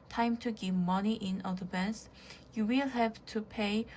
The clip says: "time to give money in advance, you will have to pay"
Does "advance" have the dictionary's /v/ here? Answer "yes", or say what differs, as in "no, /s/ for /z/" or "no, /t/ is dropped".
no, /b/ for /v/